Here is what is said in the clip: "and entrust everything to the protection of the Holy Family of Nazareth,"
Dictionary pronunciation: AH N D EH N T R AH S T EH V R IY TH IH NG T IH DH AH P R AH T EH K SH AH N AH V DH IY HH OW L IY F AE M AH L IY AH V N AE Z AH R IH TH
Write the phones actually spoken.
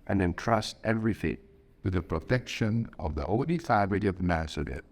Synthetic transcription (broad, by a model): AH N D EH N T R AH S T EH V R IY F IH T T IH DH AH P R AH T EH K SH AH N AH V DH IY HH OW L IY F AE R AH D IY AH V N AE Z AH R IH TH